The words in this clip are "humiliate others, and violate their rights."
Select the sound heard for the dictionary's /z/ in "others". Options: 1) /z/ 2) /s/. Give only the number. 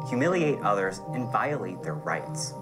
1